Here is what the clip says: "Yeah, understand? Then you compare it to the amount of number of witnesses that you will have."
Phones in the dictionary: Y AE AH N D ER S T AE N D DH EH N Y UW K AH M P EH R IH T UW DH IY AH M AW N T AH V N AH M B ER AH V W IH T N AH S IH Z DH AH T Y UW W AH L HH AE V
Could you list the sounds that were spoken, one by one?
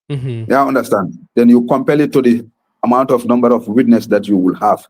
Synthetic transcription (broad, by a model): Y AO N D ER S T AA N D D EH N Y UW K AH M P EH L IH T UW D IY AH M AW N T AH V N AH M B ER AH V W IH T N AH S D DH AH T Y UW W AH L HH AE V